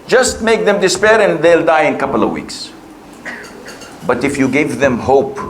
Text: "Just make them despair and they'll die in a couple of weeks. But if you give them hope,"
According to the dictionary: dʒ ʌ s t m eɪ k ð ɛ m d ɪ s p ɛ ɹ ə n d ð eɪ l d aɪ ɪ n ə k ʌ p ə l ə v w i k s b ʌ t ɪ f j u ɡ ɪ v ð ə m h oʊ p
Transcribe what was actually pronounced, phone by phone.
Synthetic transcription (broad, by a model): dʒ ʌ s t m eɪ k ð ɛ m d ɪ s p ɛ ɹ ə n ð eɪ l d aɪ ɪ n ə k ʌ p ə l ə v w i k s b ʌ t ɪ f j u ɡ ɪ v ð ə m h oʊ p